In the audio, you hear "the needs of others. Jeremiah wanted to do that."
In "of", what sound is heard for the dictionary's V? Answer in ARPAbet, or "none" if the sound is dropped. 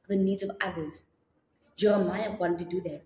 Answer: V